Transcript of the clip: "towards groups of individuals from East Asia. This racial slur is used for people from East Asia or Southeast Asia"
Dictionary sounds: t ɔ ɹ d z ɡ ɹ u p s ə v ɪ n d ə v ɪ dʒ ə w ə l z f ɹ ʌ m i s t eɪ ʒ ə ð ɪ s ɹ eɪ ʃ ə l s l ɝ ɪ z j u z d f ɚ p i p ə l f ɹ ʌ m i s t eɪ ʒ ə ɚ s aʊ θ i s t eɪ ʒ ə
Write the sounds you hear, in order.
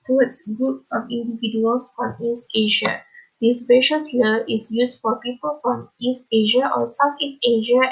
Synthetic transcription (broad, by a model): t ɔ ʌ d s ɡ ɹ u p s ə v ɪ n d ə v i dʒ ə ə l s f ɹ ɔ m i s t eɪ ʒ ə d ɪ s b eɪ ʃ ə s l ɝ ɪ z j u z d f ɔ p i p ə l f ɹ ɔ m i s t eɪ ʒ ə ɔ s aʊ f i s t eɪ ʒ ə